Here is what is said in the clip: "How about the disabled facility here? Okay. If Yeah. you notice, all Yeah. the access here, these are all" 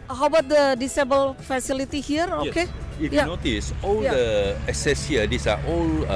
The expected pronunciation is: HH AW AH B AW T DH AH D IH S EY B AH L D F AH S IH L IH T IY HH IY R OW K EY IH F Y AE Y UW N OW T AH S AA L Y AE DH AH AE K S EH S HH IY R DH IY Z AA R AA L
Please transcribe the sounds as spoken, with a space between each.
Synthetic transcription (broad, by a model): HH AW B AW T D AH D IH S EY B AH L F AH S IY L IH T IY HH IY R OW K EY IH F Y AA N OW T AH S AA L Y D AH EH S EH S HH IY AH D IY S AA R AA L